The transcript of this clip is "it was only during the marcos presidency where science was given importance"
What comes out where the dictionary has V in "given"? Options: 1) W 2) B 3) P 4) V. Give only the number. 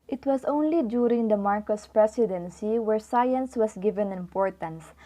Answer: 4